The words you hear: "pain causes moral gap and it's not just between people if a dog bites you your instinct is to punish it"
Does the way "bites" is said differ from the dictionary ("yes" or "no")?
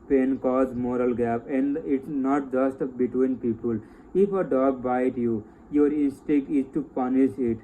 yes